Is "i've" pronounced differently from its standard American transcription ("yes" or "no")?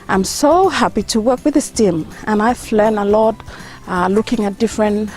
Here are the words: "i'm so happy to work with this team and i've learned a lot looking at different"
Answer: yes